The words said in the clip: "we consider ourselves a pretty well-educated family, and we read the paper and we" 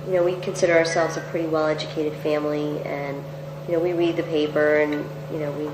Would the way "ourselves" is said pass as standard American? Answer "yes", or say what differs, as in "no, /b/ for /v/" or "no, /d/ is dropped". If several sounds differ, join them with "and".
yes